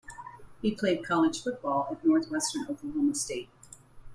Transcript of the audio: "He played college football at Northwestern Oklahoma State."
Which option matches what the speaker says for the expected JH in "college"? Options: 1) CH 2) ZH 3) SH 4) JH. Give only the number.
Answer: 2